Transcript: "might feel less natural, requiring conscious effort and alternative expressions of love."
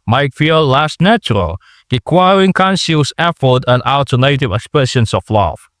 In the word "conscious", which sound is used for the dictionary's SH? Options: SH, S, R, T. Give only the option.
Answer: S